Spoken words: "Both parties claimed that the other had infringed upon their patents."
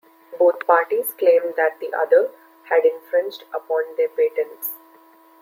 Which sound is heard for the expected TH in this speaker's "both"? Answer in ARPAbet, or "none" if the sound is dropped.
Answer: T